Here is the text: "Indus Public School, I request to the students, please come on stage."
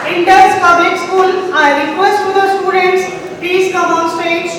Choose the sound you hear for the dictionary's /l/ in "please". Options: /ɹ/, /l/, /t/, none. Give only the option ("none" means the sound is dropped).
none